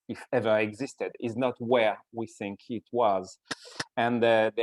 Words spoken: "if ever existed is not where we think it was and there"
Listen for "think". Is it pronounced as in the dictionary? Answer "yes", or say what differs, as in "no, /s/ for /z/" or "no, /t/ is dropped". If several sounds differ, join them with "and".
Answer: yes